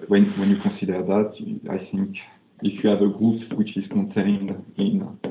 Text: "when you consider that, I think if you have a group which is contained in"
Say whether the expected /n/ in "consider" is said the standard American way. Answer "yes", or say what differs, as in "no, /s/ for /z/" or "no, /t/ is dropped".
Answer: no, /n/ is dropped